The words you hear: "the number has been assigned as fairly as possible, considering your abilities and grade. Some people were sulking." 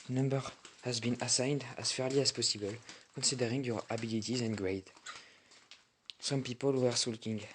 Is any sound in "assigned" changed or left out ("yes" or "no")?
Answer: no